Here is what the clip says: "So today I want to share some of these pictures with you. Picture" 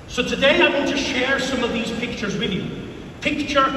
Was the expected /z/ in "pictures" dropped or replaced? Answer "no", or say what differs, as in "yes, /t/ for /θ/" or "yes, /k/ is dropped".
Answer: no